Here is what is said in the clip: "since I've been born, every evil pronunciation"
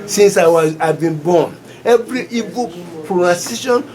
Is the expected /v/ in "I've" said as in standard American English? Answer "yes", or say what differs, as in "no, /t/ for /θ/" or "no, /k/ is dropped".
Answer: no, /w/ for /v/